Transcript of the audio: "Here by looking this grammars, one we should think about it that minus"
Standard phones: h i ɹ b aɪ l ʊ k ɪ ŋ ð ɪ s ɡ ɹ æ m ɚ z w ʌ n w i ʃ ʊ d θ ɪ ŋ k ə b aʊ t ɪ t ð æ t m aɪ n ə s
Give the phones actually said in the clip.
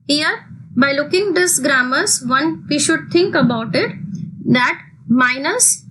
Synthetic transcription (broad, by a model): h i ɹ b aɪ l ʊ k ɪ ŋ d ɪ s ɡ ɹ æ m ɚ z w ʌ n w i ʃ ʊ d t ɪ ŋ k ə b aʊ t ɪ t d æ t m aɪ n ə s